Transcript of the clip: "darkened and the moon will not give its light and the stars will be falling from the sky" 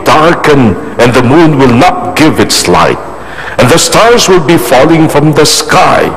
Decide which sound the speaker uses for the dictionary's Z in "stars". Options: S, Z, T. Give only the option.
Z